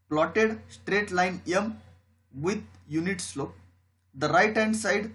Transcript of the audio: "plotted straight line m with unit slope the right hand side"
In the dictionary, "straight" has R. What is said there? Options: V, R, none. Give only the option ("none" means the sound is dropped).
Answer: R